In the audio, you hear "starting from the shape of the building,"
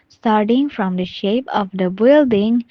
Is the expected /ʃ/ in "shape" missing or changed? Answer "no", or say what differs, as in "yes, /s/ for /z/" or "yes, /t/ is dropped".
no